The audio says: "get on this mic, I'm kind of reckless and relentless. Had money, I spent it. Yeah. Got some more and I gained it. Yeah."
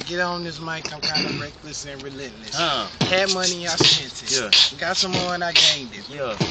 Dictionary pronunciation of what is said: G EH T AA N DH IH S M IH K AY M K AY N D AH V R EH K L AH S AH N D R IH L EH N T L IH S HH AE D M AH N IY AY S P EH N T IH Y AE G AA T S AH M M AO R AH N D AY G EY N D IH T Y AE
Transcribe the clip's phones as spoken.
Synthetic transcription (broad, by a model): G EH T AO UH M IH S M IH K AY M K AY N D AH B R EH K L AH S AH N R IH L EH N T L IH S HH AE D M AH N IY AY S EH N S IH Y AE G AA T S AH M M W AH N AY G EY N D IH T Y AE